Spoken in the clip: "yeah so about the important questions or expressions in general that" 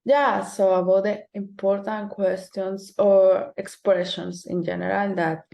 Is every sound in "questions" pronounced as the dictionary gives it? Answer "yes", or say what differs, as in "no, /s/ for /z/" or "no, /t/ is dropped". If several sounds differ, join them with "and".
no, /s/ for /z/